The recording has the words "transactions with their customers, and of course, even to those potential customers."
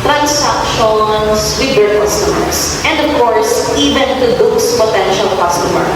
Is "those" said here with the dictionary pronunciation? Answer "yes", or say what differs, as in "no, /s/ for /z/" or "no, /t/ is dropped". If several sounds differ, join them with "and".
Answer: no, /s/ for /z/